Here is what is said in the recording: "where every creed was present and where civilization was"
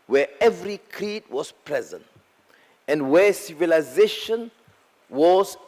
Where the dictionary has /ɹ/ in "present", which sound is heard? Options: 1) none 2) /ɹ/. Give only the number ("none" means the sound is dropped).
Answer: 2